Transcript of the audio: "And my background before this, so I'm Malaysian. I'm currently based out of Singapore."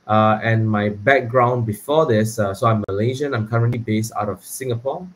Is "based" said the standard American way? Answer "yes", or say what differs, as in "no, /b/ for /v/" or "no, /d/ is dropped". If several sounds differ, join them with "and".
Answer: yes